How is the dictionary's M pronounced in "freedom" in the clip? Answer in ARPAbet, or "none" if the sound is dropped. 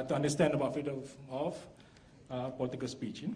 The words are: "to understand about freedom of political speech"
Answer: none